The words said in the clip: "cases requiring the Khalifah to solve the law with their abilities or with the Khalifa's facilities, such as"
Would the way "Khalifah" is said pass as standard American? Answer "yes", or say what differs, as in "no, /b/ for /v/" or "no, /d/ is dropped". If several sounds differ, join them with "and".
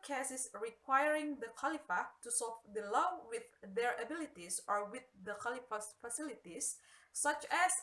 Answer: yes